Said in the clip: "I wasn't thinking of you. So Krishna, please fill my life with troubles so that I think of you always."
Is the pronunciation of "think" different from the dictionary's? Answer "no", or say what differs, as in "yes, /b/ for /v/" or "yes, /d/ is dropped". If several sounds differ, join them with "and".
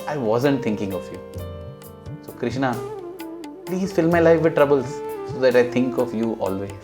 yes, /t/ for /θ/